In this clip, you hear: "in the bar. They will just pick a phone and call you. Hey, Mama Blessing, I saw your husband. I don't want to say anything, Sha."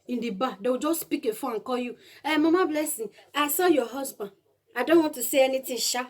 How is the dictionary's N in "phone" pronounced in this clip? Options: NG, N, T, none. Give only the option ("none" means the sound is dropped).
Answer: none